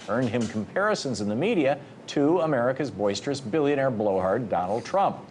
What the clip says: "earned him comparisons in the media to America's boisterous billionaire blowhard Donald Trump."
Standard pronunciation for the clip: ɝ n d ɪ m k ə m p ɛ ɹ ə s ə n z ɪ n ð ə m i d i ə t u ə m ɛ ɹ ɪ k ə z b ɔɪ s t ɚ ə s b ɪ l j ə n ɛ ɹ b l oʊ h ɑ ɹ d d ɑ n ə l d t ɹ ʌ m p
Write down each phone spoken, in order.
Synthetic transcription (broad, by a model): ɝ n d ɪ m k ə m p ɛ ɹ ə s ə n z ɪ n ð ə m i d i ə t u ə m ɛ ɹ ɪ k ə z b ɔɪ s t ɚ ə s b ɪ l j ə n ɛ ɹ b l oʊ h ɑ ɹ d d ɑ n l d t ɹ ʌ m p